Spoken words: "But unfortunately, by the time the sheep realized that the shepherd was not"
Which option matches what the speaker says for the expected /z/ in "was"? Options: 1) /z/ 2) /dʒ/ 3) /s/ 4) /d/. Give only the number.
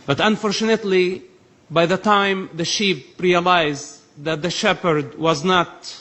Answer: 1